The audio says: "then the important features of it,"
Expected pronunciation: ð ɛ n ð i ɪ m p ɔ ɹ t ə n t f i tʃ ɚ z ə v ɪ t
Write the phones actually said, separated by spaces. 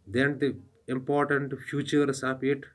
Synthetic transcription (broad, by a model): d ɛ n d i ɪ m p ɔ ɹ t ə n t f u tʃ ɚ s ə p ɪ t